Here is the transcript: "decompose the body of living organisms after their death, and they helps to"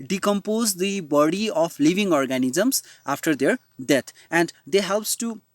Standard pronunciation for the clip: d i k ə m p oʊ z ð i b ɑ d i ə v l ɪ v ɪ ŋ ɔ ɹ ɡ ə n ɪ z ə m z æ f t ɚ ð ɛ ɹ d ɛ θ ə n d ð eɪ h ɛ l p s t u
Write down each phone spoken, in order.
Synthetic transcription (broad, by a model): d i k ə m p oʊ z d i b ɑ d i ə p l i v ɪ ŋ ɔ ɹ ɡ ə n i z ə m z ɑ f t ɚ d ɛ ɹ d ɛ t ə n d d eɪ h ɛ l p s t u